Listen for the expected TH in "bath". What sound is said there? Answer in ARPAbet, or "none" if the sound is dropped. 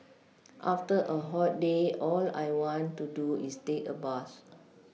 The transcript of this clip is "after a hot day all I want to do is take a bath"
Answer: S